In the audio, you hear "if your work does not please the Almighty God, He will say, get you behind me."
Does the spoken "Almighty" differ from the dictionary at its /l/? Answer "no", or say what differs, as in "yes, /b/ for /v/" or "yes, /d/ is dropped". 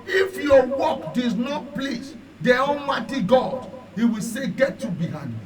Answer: yes, /n/ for /l/